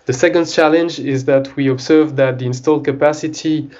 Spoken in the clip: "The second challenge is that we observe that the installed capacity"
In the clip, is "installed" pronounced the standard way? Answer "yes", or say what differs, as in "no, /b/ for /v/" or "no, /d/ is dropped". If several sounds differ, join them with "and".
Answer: yes